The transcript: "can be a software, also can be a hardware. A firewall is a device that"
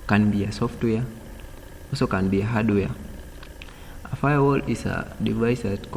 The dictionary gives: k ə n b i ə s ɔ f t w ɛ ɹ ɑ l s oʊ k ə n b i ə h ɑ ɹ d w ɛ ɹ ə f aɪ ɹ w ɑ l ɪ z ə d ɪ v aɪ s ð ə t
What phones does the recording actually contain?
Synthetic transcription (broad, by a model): k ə n b i ə s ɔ f t w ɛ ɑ s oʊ k ə n b i ə h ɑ d w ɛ ə f aɪ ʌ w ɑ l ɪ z ə d ɪ v aɪ s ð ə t